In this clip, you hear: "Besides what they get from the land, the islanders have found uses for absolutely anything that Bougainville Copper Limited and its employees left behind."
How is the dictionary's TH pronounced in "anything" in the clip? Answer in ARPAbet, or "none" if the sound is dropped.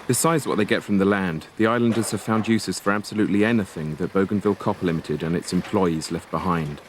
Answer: TH